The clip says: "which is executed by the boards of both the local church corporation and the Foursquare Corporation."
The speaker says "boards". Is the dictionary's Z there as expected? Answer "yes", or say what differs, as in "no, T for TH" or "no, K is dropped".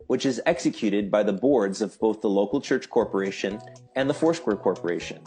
yes